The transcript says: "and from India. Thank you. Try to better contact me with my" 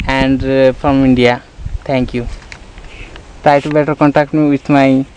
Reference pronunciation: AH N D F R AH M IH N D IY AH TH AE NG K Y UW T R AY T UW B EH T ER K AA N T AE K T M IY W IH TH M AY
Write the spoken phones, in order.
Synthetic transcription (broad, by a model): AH N D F R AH M IH N D IY AH T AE NG K Y UW T R AY T UW B EH T ER K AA N T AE K T M IY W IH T M AY